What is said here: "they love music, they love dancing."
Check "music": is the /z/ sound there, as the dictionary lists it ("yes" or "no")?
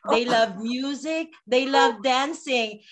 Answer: yes